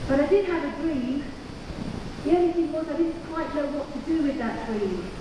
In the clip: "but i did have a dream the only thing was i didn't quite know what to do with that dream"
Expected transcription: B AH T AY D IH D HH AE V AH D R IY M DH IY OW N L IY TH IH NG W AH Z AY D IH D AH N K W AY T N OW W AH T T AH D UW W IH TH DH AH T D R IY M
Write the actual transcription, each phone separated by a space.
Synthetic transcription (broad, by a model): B AH T AY D IH D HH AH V AH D R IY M DH IY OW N IY TH IH NG W AH Z AY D IH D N K W AY T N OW W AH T T AH D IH W IH DH AH T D R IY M